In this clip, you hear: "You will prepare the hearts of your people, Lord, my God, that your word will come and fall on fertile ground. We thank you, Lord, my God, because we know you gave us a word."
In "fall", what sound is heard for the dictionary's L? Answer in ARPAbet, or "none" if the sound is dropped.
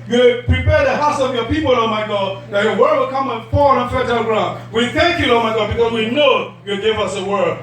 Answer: N